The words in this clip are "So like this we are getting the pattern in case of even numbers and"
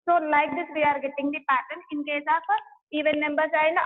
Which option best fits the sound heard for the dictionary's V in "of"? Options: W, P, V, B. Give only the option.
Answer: P